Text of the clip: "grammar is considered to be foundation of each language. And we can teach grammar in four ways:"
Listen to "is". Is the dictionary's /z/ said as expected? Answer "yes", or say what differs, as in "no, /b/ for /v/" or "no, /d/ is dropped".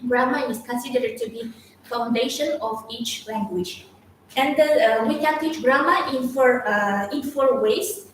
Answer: no, /s/ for /z/